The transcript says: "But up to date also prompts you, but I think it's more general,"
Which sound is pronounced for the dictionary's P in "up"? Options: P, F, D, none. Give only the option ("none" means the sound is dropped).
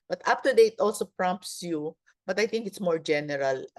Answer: F